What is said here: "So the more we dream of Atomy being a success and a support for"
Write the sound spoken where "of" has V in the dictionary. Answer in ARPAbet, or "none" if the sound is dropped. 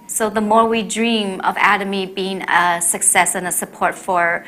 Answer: V